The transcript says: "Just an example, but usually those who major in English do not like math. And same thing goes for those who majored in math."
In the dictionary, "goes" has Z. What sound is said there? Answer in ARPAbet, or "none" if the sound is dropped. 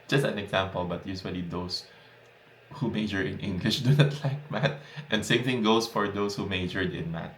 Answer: S